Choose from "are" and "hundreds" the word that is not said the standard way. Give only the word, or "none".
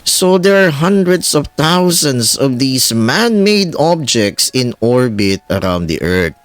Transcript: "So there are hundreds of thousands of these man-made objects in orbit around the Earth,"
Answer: hundreds